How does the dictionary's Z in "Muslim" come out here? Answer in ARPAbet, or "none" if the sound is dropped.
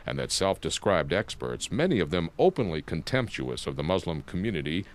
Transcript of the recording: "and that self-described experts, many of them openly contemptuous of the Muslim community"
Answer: Z